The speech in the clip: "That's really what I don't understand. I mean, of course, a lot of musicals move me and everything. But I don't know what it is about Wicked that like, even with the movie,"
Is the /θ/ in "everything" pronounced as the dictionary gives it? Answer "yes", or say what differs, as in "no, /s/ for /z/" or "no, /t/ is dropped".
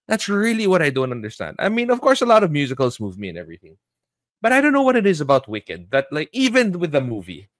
yes